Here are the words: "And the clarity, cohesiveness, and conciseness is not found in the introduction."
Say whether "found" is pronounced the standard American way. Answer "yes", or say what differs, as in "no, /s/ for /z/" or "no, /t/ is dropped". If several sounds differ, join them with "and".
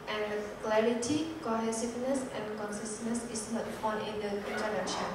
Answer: no, /d/ is dropped